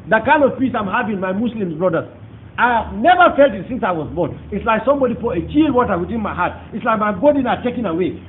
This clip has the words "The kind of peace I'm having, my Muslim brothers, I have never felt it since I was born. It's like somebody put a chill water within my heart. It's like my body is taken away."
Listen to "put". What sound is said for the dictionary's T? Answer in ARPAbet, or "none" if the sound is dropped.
none